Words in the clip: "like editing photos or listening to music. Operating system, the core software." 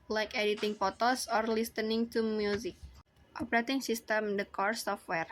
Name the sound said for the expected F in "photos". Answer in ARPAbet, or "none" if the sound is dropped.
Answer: P